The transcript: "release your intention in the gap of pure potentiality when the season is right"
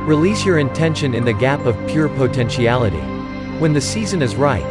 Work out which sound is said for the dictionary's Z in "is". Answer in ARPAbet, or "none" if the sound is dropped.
Z